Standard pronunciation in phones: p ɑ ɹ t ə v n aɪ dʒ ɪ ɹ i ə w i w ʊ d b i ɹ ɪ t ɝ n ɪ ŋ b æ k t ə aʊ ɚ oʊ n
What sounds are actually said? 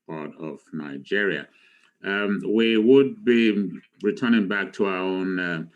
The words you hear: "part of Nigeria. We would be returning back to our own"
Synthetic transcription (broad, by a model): p ɑ ɹ t ə v n aɪ dʒ ɪ ɹ i ə w i w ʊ d b i ɹ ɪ t ɝ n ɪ ŋ b æ k t ə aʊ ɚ oʊ n